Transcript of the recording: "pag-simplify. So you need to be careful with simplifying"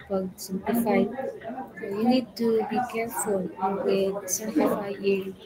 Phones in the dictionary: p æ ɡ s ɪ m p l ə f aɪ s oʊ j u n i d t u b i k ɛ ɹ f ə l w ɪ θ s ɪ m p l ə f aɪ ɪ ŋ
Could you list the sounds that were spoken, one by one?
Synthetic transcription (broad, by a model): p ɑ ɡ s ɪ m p ə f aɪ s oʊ j u n i d t u b i k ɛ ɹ f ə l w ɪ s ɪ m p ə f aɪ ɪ